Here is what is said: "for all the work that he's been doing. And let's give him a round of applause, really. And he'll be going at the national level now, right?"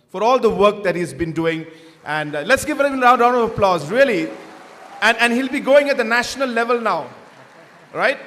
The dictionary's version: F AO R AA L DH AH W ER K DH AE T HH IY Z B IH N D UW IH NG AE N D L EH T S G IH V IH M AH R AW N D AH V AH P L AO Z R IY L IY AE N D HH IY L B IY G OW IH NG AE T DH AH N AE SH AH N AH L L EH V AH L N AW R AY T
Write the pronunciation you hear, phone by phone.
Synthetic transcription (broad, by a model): F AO R AA L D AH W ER K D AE T HH IY Z B IH N D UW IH NG AE N D L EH T S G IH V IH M AH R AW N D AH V AH P L AO Z R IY L IY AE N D HH IY L B IY G OW IH NG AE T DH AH N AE SH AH N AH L L EH V AH L N AW R AY T